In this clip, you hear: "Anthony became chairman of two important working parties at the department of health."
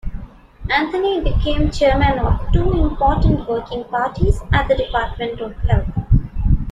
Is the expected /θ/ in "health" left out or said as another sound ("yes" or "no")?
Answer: yes